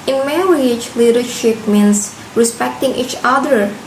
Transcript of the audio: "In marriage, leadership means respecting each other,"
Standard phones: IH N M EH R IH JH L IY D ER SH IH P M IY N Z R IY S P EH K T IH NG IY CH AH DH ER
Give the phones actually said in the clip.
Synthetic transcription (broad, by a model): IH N M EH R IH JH L IY D ER SH IH P M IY N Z R IY S P EH K T IH NG IY CH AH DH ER